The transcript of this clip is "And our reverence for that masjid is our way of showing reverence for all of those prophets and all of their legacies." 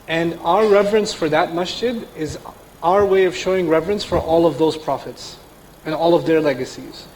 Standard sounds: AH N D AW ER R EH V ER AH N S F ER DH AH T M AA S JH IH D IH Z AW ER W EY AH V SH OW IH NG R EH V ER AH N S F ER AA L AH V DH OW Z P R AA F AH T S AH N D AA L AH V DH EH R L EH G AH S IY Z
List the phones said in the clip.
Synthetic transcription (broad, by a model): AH N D AW ER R EH V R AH N S F ER DH AH T M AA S CH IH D IH Z AW ER W EY AH V SH OW IH NG R EH V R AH N S F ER AA L AH V DH OW Z P R AA F AH T S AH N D AA L AH V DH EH R L EH G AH S IY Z